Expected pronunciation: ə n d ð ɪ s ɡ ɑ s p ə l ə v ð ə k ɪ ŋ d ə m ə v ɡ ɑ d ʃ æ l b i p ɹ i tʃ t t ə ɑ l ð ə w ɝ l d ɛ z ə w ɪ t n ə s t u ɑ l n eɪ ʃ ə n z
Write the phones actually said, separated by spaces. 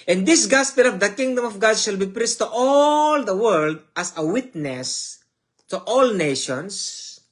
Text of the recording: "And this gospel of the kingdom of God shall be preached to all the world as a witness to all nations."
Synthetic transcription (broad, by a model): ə n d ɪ s ɡ ɑ s p ə l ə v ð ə k ɪ ŋ d ə m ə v ɡ ɑ d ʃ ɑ l b i p ɹ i s t t ɑ l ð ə w ɝ l d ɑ s ə w ɪ t n ə s t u ɑ l n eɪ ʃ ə n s